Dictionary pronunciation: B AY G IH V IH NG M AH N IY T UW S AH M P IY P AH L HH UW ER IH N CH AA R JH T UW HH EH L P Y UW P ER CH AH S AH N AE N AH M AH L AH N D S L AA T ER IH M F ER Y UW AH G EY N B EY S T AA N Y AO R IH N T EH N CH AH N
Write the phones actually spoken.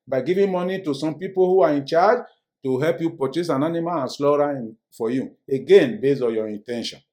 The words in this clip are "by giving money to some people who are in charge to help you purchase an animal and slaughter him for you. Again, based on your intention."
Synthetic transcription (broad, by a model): B AY G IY V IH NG M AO N IY T UW S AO M P IY P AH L HH UW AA IH N CH AA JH T UW HH EH L P Y UW P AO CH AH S AH N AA N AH M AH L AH N S L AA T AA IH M F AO Y UW AH G EY N B EY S AA N Y AO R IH N T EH N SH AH N